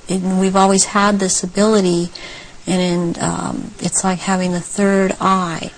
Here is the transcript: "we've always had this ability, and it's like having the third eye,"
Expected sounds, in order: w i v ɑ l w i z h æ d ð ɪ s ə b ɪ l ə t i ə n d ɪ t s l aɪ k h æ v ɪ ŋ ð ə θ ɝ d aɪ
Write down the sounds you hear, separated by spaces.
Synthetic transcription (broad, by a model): w i v ɑ l w i z h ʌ d ð ɪ s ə b ɪ l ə t i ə n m ɪ t s l aɪ k h æ v ɪ ŋ ð ə θ ɝ d aɪ